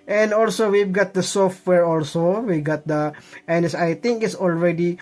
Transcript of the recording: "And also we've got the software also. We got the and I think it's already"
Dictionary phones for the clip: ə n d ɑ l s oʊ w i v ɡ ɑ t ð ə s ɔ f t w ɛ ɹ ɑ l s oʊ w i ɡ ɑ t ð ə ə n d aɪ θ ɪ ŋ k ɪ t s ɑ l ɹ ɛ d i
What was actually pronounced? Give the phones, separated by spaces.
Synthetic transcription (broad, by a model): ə n d ɑ l s oʊ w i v ɡ ɑ t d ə s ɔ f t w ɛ ɹ ɑ l s oʊ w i ɡ ɑ t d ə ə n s aɪ t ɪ ŋ k ɪ t s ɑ l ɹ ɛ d i